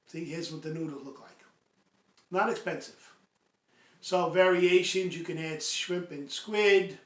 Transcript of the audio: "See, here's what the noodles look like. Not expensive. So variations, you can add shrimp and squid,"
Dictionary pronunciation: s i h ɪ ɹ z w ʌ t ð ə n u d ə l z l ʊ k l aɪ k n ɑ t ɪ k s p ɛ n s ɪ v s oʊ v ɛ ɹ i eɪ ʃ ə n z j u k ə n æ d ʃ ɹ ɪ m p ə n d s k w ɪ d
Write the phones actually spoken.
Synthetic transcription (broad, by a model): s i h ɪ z w ʌ t ð ə n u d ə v l ʊ k l aɪ k n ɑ t ɪ k s p ɛ n s ɪ v s oʊ v ɛ ɹ i eɪ ʃ ə n z j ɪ k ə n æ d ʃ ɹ ɪ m p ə n s k w ɪ d